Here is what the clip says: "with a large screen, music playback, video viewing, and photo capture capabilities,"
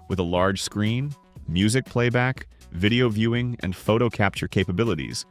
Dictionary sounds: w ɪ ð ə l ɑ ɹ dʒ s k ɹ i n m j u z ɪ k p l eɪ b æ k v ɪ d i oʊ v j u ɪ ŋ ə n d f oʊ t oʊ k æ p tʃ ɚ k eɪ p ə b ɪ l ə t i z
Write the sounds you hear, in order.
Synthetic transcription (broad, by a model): w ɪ ð ə l ɑ ɹ dʒ s k ɹ i n m j u z ɪ k p l eɪ b æ k v ɪ d i oʊ v j u ɪ ŋ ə n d f oʊ t oʊ k æ p tʃ ɚ k eɪ p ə b ɪ l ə t i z